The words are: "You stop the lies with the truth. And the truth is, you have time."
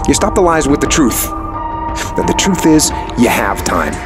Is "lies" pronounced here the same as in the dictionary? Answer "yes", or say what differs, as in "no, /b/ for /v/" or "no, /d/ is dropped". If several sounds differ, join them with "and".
yes